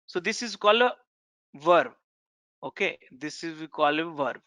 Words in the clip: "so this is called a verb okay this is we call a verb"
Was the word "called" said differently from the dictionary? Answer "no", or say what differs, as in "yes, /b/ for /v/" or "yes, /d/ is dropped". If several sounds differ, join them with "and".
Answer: yes, /d/ is dropped